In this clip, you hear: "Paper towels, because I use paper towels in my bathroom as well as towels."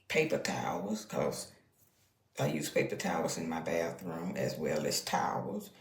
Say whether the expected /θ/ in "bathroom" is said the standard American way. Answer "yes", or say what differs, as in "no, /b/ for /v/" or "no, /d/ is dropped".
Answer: yes